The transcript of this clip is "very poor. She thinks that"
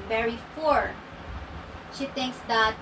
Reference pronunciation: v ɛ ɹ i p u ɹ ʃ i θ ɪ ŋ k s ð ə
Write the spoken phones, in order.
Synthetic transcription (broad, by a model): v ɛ ɹ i f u ɹ ʃ i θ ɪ ŋ k s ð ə